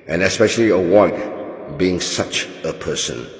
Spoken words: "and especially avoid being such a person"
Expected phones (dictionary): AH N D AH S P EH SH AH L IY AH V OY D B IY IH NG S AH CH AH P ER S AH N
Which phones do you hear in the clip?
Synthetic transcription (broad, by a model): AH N AH S P EH SH AH L IY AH W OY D B IY IH NG S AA CH AH P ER S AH N